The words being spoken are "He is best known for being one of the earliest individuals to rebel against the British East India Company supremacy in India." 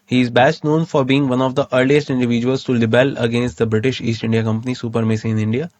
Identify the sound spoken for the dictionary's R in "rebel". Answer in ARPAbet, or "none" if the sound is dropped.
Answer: L